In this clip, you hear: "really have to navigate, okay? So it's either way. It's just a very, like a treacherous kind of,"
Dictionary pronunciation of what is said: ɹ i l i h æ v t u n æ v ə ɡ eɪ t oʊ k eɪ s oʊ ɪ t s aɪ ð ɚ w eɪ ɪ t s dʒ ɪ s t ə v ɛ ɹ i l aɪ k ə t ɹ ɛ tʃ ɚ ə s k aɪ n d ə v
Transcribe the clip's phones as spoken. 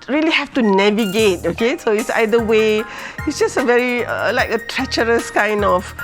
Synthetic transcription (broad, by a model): ɹ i l i h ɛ f t u n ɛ v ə ɡ eɪ t oʊ k eɪ s oʊ ɪ t s aɪ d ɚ w eɪ ɪ t s dʒ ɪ s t ə v ɛ ɹ i l aɪ k ə t ɹ ɛ tʃ ɚ ə s k aɪ n d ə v